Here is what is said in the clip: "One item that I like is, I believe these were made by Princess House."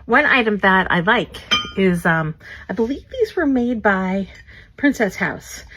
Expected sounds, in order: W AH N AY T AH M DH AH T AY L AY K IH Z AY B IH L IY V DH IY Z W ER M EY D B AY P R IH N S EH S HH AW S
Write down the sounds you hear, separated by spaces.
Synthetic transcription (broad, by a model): W AH N AY T AH M DH AH T AY L AY K IH Z AY B IH L IY V DH IY Z W ER M EY D B AY P R IH N S EH S HH AW S